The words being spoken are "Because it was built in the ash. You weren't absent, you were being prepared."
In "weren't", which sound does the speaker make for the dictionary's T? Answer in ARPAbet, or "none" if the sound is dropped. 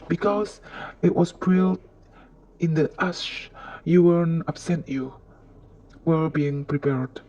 none